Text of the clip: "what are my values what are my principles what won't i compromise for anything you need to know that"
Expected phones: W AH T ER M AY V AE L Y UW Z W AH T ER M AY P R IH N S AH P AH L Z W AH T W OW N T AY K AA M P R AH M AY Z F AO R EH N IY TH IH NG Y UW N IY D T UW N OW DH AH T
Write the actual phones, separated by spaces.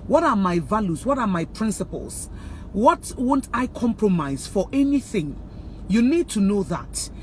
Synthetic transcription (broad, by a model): W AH T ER M AY V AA L Y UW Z W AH T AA M AY P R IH N S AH P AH L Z W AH T W OW N T AY K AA M P R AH M AY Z F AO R EH N IY TH IH NG Y UW N IY D T UW N OW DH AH T